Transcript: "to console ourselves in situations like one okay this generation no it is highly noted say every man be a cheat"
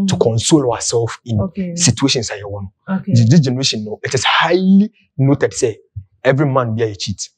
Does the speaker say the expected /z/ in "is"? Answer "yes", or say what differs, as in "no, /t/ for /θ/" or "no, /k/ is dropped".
no, /s/ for /z/